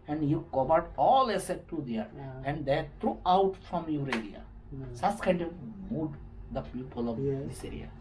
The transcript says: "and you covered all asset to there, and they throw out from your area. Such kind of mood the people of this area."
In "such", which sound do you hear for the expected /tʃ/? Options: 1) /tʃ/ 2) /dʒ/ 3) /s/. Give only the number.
3